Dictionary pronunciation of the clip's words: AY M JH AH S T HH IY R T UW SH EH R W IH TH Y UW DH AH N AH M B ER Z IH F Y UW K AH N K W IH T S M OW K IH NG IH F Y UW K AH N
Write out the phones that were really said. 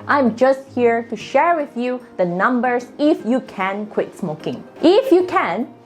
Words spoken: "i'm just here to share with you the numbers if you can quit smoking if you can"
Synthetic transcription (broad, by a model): AY M JH AH S T HH IY R T UW SH EH R W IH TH Y UW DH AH N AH M B ER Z IH F Y UW K AH N K W IH T S M OW K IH NG IH F Y UW K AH N